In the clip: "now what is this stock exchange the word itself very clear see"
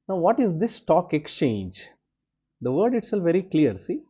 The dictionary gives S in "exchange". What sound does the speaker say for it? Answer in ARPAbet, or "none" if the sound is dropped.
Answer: S